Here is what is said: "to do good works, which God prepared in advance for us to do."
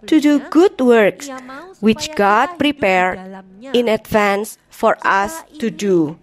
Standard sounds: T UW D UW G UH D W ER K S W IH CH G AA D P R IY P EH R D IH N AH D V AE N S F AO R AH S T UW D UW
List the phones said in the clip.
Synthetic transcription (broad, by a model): T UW D UW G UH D W ER K S W IH CH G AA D P R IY P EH R IH N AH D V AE N S F AO R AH S T UW D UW